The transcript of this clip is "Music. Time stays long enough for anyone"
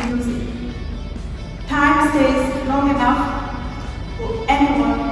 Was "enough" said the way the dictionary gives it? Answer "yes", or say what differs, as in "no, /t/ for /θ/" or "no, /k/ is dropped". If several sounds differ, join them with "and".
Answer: yes